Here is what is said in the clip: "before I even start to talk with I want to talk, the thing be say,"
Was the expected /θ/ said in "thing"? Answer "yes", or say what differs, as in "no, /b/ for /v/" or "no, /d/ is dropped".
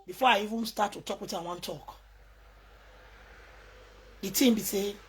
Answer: no, /t/ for /θ/